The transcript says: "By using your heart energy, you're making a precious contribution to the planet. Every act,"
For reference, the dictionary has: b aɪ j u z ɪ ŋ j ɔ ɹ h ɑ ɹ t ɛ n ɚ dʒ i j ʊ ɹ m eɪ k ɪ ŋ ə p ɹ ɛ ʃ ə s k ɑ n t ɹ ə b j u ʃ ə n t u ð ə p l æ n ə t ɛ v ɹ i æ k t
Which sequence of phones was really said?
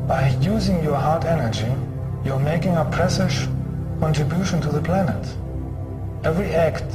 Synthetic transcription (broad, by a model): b aɪ j u z ɪ ŋ j ɔ ɹ h ɑ ɹ t ɛ n ɚ dʒ i j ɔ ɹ m eɪ k ɪ ŋ ə p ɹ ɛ s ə ʃ k ɑ n t ɹ ə b j u ʃ ə n t u ð ə p l æ n ə t ɛ v ɹ i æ k t